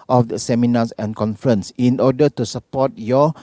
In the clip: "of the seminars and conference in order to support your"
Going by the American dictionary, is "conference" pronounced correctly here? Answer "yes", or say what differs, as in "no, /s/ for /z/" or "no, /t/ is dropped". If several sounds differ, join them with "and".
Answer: yes